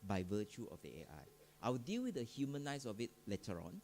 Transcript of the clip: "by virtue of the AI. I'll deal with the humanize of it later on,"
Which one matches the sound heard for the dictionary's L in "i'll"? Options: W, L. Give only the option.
W